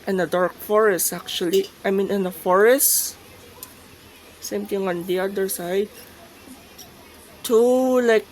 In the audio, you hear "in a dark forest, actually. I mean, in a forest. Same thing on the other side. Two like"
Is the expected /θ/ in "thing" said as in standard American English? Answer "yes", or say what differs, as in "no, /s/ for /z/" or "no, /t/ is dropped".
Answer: no, /t/ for /θ/